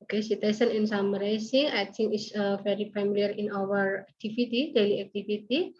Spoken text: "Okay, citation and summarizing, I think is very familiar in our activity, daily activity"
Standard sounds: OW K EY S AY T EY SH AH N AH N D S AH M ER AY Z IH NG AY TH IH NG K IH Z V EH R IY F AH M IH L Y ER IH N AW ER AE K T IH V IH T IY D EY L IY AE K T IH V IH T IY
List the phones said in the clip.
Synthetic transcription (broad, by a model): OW K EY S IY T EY S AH N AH N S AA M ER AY S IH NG AY T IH NG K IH S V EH R IY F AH M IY L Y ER IH N AW ER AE K T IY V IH T IY D EY L IY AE K T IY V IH T IY